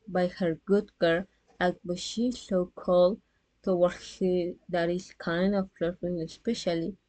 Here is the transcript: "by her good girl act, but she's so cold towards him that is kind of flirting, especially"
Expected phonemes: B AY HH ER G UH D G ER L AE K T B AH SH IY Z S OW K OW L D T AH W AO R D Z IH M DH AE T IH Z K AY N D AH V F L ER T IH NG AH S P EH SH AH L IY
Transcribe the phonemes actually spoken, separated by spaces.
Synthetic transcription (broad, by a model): B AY HH ER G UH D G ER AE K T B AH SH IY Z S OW K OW L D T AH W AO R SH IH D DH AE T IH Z K AY N D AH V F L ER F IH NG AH S P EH SH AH L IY